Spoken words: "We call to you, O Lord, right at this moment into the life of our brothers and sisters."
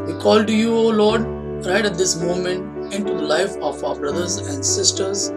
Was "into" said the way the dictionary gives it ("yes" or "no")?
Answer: yes